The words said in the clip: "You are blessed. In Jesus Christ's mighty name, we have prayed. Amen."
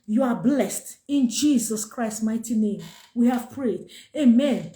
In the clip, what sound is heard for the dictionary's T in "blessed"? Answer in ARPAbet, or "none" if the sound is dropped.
T